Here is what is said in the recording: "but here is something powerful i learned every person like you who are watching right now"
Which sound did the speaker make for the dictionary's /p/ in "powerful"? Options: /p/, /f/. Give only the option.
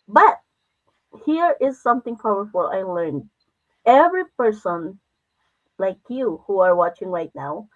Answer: /f/